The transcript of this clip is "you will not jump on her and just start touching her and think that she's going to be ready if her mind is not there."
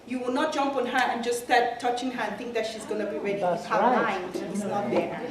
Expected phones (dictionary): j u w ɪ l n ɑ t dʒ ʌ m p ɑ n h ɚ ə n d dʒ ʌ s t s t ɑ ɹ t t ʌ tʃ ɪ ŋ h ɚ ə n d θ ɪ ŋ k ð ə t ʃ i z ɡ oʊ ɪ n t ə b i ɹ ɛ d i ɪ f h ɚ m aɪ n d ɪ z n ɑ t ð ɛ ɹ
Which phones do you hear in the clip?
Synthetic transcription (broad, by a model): j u w ɪ l n ɑ t dʒ ʌ m p ɑ n h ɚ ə n dʒ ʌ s s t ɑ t t ʌ tʃ ɪ ŋ h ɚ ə n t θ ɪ ŋ k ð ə t ʃ i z ɡ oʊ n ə b i ɹ ɛ d i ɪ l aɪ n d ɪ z n ɑ t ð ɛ